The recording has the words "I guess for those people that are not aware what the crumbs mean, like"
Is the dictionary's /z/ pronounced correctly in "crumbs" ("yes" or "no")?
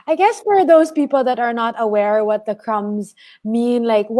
yes